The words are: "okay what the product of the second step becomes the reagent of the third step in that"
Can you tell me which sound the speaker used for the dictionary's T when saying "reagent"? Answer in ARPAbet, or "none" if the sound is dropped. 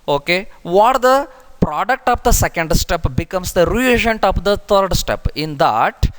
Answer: T